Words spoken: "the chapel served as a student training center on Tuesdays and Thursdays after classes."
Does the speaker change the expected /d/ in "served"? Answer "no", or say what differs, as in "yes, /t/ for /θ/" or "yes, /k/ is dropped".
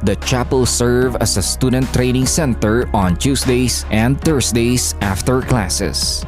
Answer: yes, /d/ is dropped